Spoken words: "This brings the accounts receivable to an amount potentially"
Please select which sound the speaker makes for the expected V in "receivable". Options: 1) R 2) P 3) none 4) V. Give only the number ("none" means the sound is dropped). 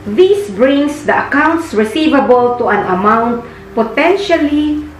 4